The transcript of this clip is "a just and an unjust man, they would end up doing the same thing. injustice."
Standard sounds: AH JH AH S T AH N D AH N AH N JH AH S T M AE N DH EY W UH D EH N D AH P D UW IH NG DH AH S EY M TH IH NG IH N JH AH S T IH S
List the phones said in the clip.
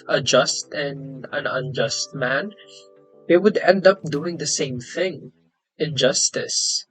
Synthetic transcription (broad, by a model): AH JH AH S T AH N AH N AH N JH AH S T M AE N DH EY W UH D EH N D AH P D UW IH NG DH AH S EY M TH IH NG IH N JH AH S T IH S